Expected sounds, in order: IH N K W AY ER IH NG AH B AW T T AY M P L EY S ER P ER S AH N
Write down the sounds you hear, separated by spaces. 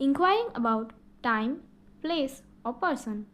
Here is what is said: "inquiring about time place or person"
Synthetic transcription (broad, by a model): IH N K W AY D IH NG AH B AW T T AY M P L EY S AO P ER S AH N